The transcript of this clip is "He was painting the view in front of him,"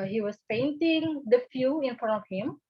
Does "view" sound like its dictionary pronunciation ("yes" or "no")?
no